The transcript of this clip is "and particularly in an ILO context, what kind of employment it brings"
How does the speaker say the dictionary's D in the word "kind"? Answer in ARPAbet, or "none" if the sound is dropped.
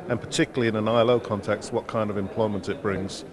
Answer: D